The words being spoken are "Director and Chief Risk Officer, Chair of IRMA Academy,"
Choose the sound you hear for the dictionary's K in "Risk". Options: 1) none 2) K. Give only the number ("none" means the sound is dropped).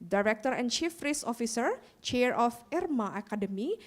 1